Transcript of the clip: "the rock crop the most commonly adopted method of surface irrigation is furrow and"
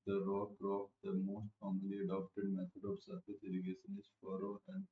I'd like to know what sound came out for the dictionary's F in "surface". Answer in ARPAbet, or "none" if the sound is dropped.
none